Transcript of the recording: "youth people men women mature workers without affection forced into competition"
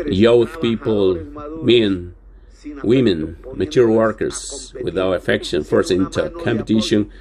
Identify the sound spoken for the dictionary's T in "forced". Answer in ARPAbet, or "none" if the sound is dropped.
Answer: none